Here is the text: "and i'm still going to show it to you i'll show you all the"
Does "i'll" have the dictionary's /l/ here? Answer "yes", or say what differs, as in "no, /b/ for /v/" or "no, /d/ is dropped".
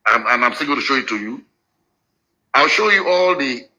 yes